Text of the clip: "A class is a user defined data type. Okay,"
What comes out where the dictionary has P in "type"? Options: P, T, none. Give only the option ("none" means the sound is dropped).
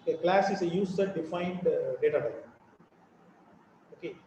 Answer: none